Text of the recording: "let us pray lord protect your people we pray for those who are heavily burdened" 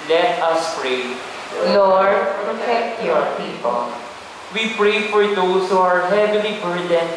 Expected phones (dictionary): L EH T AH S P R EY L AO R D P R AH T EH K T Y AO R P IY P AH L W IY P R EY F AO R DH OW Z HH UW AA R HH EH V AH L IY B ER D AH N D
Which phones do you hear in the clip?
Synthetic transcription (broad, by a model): L EH T AH S P R EY N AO R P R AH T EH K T Y AO R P IY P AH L W IY P R EY F AO R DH OW S HH UW AA R HH EH V AH L IY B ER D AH N